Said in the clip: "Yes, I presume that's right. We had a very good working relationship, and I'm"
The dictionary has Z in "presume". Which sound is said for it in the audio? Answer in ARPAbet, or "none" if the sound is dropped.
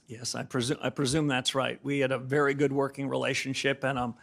Z